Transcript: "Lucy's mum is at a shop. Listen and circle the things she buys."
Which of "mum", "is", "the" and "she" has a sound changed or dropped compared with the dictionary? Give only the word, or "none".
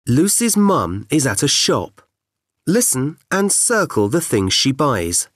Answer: none